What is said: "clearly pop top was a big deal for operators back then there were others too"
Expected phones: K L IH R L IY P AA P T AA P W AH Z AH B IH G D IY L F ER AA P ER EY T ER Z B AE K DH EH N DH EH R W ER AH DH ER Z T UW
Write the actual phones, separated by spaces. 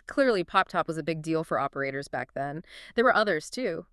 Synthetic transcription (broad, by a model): K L IH R L IY P AA P T AA P W AH Z AH B IH G D IY L F ER AA P ER EY T ER Z B AE K DH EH N DH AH R W ER AH DH ER Z T UW